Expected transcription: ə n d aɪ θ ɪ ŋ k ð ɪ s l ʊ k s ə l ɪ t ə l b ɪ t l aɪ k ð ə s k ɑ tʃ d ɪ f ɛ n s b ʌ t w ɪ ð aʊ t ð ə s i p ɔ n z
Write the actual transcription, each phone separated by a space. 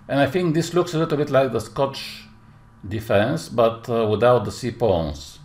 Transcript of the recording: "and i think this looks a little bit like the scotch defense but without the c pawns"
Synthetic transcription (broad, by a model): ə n aɪ θ ɪ ŋ k ð ɪ s l ʊ k s ə l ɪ t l b ɪ t l aɪ k ð ə s k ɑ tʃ d ɪ f ɛ n s b ʌ t w ɪ ð aʊ t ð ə s i p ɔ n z